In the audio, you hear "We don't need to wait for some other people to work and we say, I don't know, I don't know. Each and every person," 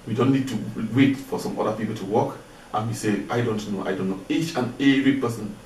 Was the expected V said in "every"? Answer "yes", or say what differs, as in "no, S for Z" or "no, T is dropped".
no, V is dropped